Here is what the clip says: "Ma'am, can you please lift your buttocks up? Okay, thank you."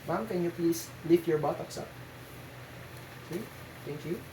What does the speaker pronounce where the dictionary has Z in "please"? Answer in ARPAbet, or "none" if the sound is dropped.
S